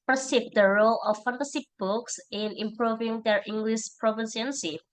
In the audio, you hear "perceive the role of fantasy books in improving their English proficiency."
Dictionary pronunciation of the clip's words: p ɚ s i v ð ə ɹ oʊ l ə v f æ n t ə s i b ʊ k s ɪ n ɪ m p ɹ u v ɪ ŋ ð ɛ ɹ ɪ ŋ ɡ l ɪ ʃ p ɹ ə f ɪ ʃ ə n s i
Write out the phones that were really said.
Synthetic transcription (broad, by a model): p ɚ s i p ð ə ɹ oʊ l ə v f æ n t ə s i b ʊ k s ɪ n ɪ m p ɹ u v ɪ ŋ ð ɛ ɹ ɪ ŋ ɡ l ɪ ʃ p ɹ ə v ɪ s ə n s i